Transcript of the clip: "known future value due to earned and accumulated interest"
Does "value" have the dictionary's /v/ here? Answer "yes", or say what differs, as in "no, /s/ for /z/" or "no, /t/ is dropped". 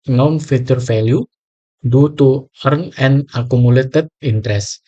no, /f/ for /v/